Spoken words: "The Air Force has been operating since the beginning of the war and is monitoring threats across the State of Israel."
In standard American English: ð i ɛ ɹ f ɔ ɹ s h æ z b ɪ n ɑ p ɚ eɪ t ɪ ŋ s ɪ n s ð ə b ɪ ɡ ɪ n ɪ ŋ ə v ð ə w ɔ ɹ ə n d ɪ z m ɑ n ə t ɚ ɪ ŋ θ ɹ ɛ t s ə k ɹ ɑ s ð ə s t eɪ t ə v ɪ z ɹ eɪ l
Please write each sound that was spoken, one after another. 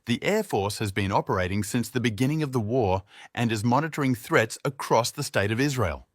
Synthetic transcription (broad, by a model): ð i ɛ ɹ f ɔ ɹ s h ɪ z b ɪ n ɑ p ɚ eɪ t ɪ ŋ s ɪ n s ð ə b ɪ ɡ ɪ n ɪ ŋ ə v ð ə w ɔ ɹ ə n ɪ z m ɑ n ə t ɚ ɪ ŋ θ ɹ ɛ t s ə k ɹ ɑ s ð ə s t eɪ t ə v ɪ z ɹ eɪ l